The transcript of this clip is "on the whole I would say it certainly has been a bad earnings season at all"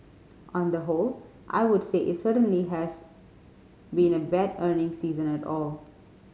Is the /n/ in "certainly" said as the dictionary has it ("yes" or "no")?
yes